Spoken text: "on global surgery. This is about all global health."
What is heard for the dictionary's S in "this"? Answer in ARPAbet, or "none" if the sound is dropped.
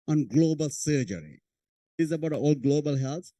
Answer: none